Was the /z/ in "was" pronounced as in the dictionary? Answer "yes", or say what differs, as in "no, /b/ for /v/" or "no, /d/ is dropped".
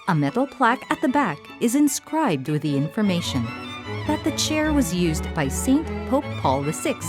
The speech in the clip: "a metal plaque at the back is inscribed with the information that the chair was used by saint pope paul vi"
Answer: yes